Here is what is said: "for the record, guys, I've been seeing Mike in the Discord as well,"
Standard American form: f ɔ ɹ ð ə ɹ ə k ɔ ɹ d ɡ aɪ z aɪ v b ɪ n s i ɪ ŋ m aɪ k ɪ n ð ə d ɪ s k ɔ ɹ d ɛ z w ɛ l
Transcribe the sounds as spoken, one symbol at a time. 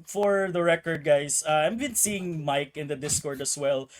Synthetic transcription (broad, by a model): f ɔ ɹ ð ə ɹ ə k ɔ ɹ d ɡ aɪ s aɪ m b ɪ n s i ɪ ŋ m aɪ k ɪ n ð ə d ɪ s k ɔ ɹ d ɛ s w ɛ l